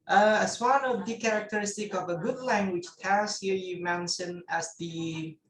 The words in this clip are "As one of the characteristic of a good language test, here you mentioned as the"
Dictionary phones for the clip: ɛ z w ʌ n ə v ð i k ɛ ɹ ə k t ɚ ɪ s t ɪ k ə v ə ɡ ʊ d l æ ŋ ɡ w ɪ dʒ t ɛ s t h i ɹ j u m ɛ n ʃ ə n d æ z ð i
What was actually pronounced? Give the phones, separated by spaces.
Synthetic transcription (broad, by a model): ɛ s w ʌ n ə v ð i k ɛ ɹ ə k t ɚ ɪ s t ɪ k ə v ə ɡ ʊ d l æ ŋ ɡ w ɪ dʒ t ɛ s h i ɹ j u m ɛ n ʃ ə n æ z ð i